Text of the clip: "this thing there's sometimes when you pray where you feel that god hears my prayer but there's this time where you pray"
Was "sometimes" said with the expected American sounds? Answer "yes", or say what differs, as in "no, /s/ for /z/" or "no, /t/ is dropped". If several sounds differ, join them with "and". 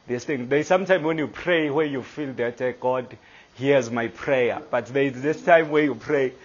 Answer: no, /z/ is dropped